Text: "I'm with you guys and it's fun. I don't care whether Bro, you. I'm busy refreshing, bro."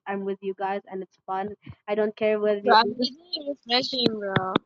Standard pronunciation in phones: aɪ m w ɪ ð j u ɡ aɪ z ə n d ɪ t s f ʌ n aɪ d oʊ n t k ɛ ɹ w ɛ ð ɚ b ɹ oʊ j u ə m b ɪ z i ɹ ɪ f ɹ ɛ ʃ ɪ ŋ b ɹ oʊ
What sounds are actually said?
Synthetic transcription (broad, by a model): aɪ m w ɪ ð j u ɡ aɪ z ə n ɪ t s f ʌ n aɪ d oʊ n t k ɛ ɹ w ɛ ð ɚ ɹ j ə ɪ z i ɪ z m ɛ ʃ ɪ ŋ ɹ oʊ